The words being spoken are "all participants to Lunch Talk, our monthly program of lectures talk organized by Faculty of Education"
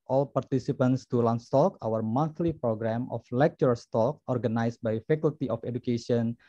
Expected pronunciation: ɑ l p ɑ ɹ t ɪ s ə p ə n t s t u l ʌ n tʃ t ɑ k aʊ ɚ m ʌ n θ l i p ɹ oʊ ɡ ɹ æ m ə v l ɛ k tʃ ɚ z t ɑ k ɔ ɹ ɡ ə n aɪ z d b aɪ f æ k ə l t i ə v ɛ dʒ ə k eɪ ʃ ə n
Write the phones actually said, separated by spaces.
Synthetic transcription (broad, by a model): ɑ l p ɑ ɹ t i s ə p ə n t s t u l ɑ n s t ɑ k aʊ ɚ m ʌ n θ l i p ɹ oʊ ɡ ɹ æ m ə f l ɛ k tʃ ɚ s t ɑ k ɔ ɹ ɡ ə n aɪ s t b aɪ f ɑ k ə l t i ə f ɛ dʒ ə k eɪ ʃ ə n